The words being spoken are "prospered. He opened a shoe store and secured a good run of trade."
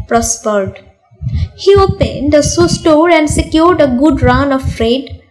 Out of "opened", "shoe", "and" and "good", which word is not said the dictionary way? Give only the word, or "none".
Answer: shoe